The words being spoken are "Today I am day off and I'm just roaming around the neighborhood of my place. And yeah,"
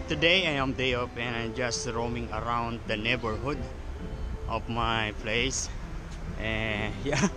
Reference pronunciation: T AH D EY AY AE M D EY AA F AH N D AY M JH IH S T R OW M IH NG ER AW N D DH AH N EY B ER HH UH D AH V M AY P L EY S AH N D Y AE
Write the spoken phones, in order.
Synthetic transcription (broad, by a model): T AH D EY AY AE M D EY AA P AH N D AY M JH IH S T R OW M IH NG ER AW N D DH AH N EY B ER HH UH D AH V M AY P L EY S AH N Y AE